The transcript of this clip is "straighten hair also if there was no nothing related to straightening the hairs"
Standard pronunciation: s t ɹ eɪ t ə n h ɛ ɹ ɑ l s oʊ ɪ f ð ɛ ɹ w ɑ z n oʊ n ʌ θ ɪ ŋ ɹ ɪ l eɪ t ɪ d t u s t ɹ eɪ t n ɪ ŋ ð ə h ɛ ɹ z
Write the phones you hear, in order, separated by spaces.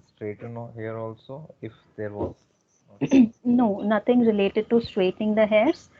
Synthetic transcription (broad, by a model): s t ɹ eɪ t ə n h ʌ ɹ ɑ l s oʊ ɪ f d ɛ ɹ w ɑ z n oʊ n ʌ t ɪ ŋ ɹ ɪ l eɪ t ɪ d t u s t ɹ eɪ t ɪ ŋ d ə h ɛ ɹ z